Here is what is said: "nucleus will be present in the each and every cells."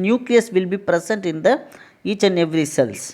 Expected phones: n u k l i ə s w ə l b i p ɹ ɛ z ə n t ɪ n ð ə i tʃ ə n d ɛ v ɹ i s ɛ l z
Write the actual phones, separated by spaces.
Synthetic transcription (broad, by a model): n u k l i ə s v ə l b i p ɹ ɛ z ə n t ɪ n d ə i tʃ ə n ɛ v ɹ i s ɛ l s